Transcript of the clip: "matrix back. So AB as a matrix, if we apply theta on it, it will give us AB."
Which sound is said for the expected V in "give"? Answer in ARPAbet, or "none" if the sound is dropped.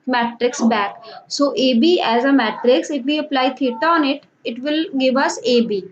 V